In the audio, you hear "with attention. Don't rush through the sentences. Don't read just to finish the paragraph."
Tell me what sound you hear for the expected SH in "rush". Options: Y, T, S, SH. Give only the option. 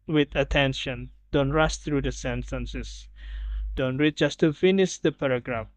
S